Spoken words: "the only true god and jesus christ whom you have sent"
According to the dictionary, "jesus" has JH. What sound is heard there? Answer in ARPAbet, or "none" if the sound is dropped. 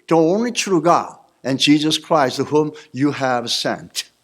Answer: JH